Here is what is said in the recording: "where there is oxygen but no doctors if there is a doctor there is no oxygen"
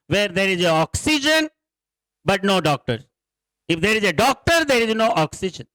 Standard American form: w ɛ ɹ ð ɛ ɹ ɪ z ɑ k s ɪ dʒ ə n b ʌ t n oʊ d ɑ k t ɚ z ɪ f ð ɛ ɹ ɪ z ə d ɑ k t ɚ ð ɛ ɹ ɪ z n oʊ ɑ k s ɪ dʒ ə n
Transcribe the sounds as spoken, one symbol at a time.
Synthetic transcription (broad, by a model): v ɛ ɹ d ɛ ɹ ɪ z ɑ k s ɪ dʒ ə n b ʌ t n oʊ d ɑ k t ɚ ɪ f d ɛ ɹ ɪ z ə d ɑ k t ɚ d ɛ ɹ ɪ z n oʊ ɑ k s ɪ dʒ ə n